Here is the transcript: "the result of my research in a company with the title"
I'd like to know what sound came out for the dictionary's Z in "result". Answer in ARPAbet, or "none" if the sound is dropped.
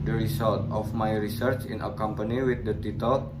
S